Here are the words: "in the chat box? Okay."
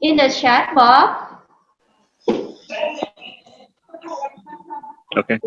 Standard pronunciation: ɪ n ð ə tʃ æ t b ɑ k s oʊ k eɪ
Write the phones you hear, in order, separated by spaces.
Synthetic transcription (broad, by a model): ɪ n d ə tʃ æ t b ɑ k oʊ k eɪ